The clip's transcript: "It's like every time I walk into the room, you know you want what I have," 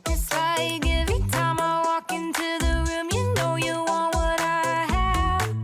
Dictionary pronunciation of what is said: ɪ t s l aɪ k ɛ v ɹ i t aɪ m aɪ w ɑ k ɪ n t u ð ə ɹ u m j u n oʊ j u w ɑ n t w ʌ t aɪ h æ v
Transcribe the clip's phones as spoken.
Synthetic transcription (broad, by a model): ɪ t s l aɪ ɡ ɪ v i t aɪ m aɪ w ɑ k ɪ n t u ð ə ɹ u m j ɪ n oʊ j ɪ w ɑ n t w ʌ t aɪ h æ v